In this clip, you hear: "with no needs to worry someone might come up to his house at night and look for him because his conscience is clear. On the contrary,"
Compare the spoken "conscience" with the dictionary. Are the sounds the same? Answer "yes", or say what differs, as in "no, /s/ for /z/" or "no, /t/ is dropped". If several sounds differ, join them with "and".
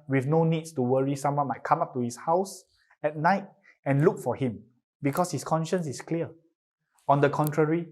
yes